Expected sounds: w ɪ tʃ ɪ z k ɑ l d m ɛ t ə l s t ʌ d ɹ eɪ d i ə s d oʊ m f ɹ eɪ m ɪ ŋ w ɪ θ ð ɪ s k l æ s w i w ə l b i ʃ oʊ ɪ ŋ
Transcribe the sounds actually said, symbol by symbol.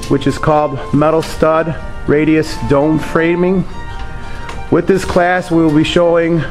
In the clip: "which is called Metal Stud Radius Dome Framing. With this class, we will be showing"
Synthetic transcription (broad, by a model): w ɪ tʃ ɪ z k ɑ l d m ɛ t l s t ʌ d ɹ eɪ d i ə s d oʊ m f ɹ eɪ m ɪ ŋ w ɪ ð ɪ s k l æ s w i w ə l b i ʃ oʊ ɪ ŋ